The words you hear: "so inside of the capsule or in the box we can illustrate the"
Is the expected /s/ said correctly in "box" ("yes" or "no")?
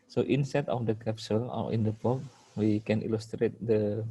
no